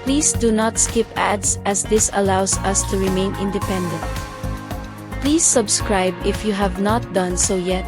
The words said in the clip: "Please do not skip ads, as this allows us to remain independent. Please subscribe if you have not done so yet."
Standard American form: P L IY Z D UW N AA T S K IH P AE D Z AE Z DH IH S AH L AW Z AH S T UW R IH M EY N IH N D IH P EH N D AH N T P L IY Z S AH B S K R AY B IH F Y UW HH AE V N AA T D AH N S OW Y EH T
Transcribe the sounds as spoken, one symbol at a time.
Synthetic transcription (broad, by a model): P L IY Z D UW N AA T S K IH P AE D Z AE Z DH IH S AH L AW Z AH S T UW R IH M EY N IH N D IH P EH N D AH N T P L IY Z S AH B S K R AY B IH F Y UW HH AE V N AA T D AH N S OW Y EH T